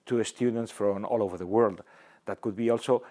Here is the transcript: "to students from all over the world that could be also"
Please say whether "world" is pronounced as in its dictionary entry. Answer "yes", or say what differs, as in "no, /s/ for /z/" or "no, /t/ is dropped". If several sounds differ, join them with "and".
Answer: yes